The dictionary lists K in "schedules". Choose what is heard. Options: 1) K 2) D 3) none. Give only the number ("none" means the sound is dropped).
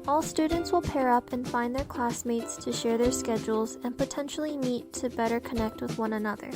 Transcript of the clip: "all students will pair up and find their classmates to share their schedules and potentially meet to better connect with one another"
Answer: 1